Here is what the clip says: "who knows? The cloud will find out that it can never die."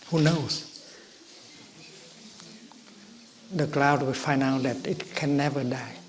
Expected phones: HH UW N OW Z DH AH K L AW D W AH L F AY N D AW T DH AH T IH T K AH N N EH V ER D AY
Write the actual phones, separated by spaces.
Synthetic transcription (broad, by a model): HH UW N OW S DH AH K L AW D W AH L F AY N D AW T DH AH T IH T K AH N N EH V ER D AY